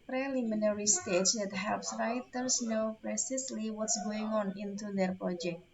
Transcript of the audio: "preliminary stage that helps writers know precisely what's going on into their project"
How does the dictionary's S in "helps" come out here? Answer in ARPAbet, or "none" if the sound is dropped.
S